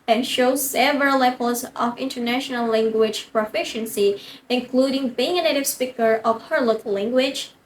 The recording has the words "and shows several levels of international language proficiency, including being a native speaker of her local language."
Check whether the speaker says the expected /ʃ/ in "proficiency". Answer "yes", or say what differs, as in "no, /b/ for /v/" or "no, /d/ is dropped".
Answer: yes